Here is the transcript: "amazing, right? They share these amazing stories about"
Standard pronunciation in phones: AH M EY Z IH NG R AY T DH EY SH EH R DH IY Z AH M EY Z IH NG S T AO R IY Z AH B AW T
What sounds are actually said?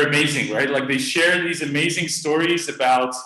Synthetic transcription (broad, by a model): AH M EY Z IH NG R AY T DH EY SH EH R DH IY Z AH M EY Z IH NG S T AO R IY Z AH B AW T